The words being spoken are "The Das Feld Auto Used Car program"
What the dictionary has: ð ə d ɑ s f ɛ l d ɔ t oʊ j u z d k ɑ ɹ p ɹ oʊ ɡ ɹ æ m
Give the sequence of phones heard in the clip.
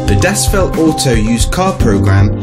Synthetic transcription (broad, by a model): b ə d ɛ s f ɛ l ɔ s oʊ j u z k ɑ p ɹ oʊ ɡ ɹ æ m